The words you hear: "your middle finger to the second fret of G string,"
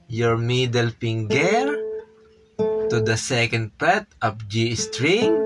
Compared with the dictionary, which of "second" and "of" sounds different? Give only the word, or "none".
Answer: of